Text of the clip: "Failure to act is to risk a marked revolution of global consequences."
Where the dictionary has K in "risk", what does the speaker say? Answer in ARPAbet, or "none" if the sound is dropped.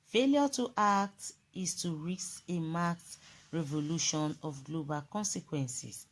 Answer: none